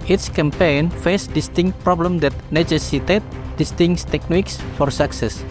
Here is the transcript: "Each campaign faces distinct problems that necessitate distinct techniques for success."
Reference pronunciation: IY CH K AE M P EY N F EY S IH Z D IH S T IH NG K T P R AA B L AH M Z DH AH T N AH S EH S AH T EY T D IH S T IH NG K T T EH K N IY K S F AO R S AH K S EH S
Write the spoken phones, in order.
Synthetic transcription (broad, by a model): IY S K AE M P EY N F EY S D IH S T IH NG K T P R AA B L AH M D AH T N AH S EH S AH T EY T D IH S T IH NG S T T EH K N IY K S F AO R S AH K S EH S